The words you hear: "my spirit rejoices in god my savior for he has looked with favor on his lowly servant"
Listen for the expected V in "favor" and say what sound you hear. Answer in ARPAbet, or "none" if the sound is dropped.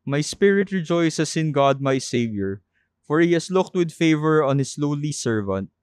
V